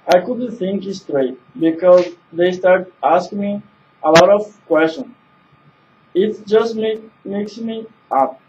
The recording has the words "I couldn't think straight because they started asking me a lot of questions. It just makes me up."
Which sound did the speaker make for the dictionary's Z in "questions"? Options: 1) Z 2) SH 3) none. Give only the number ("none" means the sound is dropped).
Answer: 3